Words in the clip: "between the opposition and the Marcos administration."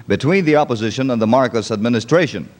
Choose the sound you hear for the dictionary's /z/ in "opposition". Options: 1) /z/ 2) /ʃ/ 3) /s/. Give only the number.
1